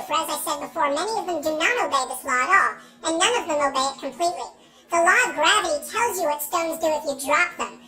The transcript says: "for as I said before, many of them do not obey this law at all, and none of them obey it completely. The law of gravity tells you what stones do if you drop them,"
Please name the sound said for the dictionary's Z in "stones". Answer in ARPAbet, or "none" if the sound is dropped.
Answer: Z